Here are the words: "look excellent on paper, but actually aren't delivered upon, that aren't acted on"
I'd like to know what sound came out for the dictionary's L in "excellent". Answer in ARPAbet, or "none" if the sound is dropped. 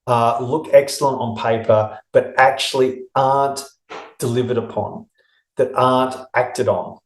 L